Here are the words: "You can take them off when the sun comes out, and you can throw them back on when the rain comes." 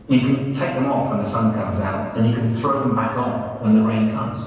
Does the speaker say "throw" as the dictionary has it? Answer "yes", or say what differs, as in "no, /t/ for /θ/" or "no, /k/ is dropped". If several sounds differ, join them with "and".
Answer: yes